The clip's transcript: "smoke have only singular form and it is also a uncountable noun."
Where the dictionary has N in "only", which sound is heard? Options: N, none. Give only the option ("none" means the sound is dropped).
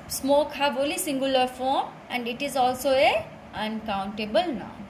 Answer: none